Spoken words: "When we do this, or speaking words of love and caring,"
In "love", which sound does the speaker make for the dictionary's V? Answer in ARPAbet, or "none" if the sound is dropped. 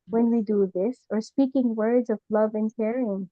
V